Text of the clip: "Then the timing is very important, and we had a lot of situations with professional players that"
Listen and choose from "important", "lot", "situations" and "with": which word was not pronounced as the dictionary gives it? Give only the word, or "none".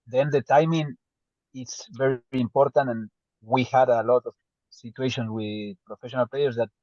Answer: situations